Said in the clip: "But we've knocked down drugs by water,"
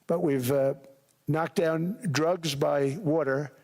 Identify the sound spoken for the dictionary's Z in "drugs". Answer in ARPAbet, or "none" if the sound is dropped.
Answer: Z